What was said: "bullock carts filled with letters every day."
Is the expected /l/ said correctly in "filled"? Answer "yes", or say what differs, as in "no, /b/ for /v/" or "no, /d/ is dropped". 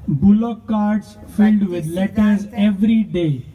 yes